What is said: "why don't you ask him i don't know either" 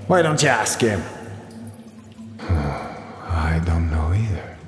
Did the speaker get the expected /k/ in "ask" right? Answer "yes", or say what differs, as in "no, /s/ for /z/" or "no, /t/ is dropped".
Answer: yes